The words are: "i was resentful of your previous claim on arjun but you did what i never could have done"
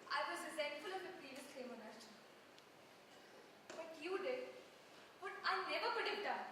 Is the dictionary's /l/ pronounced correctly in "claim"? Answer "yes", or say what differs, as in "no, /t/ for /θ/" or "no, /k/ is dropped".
no, /l/ is dropped